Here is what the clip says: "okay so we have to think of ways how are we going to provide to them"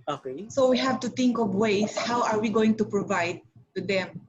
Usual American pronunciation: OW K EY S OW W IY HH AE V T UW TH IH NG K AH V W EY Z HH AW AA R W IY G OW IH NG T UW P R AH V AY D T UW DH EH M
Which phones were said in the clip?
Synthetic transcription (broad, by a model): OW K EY S OW W IY HH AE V T UW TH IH NG K AH V W EY S HH AW AA R W IY G OW IH NG T UW P R AH V AY D T UW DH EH M